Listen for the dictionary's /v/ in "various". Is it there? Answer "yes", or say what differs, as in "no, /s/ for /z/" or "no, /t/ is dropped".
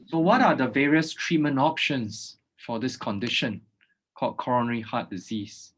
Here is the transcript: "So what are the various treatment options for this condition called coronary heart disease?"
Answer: yes